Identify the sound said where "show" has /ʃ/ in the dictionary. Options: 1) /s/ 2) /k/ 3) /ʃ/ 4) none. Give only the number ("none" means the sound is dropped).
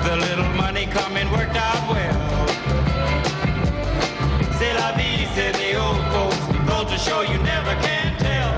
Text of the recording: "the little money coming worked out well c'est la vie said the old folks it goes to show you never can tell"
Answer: 3